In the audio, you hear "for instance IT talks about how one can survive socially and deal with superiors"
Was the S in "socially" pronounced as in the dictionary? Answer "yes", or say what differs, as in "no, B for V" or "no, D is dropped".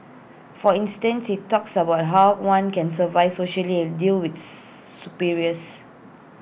yes